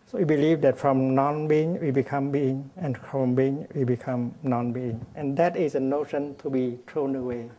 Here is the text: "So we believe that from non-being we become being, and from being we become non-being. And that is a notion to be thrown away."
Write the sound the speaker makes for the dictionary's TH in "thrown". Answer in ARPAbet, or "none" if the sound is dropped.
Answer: T